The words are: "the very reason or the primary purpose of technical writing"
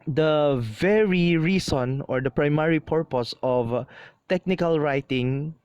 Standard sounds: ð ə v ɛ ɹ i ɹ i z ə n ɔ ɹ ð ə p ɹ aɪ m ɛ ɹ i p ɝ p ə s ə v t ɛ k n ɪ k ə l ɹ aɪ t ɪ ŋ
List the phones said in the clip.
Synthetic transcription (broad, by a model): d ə v ɛ ɹ i ɹ i s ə n ɔ ɹ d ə p ɹ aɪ m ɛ ɹ i p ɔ p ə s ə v t ɛ k n ɪ k ə l ɹ aɪ t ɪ ŋ